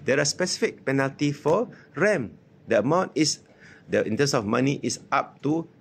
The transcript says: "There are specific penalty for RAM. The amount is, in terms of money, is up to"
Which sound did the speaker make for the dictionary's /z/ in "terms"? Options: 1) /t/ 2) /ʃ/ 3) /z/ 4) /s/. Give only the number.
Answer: 4